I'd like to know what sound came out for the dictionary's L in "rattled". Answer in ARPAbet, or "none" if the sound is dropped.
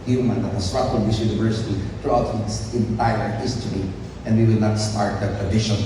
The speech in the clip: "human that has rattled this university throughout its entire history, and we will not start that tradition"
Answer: none